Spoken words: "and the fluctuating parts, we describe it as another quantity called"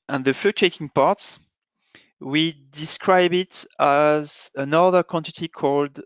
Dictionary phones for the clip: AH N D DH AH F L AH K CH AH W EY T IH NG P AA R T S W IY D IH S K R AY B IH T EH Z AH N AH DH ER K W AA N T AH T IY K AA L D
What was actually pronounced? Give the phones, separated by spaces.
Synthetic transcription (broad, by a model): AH N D DH AH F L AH CH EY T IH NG P AA R T S W IY D IH S K R AY B IH T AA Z AH N AH DH ER K W AA N T AH T IY K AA L D